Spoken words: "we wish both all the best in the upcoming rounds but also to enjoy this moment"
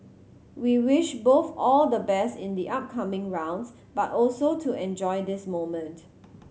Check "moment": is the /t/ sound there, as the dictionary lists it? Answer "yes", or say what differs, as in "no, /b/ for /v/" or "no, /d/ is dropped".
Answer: yes